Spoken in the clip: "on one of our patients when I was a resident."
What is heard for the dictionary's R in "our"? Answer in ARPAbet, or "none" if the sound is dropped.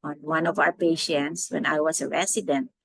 R